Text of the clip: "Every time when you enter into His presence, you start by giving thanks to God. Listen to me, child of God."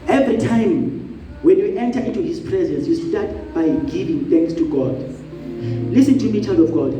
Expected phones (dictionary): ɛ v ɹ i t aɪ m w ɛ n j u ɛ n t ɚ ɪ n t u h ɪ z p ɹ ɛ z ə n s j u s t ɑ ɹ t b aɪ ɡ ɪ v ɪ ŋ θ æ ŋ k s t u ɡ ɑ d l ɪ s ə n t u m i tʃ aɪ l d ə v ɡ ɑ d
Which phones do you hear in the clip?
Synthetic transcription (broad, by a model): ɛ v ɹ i t aɪ m w ɛ n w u ɛ n t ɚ ɪ n t u h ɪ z p ɹ ɛ z ə n s j u s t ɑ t b aɪ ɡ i v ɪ ŋ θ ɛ ŋ k s t u ɡ ɑ d l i s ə n t u m i tʃ aɪ l d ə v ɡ ɑ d